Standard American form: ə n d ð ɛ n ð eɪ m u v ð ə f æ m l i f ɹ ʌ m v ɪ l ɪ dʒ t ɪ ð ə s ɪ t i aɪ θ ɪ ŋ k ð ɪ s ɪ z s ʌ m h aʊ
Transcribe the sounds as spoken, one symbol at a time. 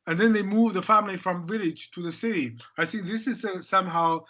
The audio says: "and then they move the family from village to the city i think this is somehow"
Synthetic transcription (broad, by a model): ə n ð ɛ n ð eɪ m u v ð ə f æ m l i f ɹ ʌ m v ɪ l ɪ dʒ t ɪ ð ə s ɪ t i aɪ θ ɪ ŋ k ð ɪ s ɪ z s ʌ m h aʊ